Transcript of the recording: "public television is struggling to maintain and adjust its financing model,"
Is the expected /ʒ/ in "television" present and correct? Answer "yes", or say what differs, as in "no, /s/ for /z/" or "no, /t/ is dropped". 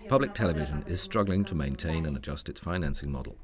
yes